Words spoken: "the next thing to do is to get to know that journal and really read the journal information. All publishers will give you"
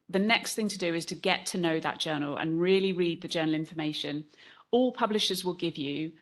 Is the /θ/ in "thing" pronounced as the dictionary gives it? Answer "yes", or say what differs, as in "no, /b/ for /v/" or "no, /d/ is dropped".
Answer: yes